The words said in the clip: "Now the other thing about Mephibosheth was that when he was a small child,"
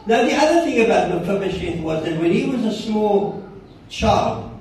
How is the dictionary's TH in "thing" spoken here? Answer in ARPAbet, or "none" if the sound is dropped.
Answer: TH